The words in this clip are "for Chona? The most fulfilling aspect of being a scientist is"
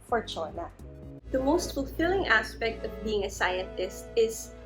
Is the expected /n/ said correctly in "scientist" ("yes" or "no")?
no